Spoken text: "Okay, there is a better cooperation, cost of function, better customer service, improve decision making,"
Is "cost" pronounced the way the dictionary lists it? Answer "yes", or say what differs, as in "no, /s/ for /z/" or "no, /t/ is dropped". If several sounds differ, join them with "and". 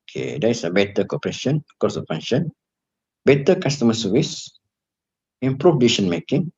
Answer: no, /t/ is dropped